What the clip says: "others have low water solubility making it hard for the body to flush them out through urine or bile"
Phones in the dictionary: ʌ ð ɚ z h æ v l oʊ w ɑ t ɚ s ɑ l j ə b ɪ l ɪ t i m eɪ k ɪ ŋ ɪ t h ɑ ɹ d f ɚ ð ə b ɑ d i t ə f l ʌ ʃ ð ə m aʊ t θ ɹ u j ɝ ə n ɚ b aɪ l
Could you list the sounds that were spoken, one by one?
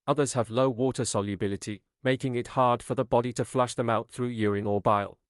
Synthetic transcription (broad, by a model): ʌ ð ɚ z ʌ v l oʊ w ɑ t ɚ s ɑ l j ə b ɪ l ɪ t i m eɪ k ɪ ŋ ɪ t h ɑ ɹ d f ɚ ð ə b ɑ d i t ə f l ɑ ʃ ð ə m aʊ t θ ɹ u j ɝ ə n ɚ b aɪ l